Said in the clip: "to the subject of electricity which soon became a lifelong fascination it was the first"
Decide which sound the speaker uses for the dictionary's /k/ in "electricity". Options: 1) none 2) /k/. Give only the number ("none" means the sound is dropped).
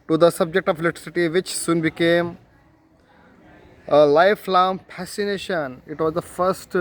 1